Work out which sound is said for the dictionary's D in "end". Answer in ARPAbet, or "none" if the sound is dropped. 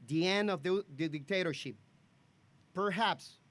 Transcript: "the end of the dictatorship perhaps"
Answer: none